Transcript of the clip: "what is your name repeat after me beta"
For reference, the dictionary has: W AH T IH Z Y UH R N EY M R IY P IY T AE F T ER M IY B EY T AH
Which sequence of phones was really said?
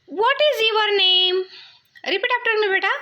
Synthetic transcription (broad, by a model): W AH T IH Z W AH R N EY M R IY P IY T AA P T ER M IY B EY T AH